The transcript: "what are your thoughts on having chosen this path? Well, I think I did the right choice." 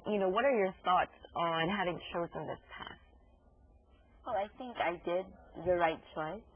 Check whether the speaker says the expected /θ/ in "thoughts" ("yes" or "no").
yes